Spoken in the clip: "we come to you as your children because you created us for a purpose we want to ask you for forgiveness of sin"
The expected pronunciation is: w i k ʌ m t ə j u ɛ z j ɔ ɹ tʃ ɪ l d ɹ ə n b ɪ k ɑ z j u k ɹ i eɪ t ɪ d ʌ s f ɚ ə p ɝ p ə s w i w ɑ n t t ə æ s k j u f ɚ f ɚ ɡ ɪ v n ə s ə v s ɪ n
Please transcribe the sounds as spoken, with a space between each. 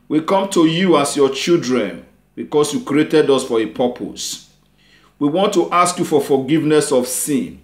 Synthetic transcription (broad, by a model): w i k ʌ m t ə j u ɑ s j ɔ tʃ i l d ɹ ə n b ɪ k ɑ s j u k ɹ i eɪ t ɪ d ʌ s f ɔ ə p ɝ p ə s w i w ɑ n t t ə s k j u f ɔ f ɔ ɡ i v n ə s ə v s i n